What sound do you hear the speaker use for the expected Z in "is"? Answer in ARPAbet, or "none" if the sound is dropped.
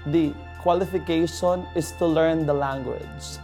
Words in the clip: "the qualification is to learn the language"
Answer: S